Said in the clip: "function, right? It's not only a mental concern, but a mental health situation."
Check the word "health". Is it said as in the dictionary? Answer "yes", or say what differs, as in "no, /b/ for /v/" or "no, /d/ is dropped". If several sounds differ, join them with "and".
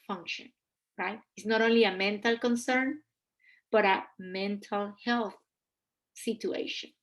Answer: yes